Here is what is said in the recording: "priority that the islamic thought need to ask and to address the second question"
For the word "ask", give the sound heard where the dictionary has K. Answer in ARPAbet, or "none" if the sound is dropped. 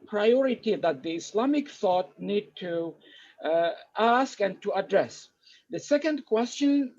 K